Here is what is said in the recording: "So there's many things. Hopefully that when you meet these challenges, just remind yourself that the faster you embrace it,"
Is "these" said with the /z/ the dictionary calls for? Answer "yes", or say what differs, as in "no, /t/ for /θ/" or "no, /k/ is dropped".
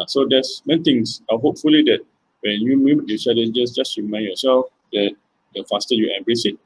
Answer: no, /z/ is dropped